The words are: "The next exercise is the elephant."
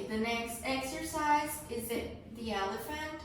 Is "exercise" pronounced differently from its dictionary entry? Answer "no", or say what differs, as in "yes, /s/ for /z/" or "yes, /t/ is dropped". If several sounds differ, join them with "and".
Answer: no